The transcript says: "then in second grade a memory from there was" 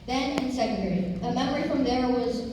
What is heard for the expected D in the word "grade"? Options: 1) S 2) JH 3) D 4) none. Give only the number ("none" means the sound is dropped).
4